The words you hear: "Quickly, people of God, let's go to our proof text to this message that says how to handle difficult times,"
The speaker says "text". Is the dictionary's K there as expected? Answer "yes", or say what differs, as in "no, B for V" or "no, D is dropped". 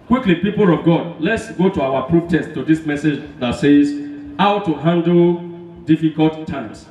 no, K is dropped